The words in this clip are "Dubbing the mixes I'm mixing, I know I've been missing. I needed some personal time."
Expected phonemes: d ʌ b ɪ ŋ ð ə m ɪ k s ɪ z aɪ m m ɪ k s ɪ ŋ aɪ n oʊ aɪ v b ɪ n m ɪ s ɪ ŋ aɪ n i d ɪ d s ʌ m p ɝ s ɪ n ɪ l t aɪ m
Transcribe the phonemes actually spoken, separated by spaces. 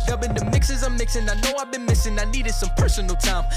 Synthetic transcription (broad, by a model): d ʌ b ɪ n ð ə m ɪ k s ɪ z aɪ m m ɪ k s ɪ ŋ aɪ n oʊ aɪ v b ɪ n m ɪ s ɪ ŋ aɪ n i d ɪ d s ʌ m p ɝ s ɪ n l t aɪ m